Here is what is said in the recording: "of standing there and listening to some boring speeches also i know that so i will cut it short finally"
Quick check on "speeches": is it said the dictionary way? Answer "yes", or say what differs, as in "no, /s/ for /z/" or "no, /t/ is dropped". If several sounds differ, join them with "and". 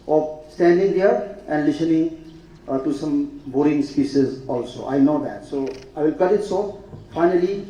no, /s/ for /tʃ/